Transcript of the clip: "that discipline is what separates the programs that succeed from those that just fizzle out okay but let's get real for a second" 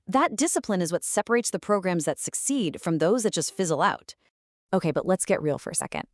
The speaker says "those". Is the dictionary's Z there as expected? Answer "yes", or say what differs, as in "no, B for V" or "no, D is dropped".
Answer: yes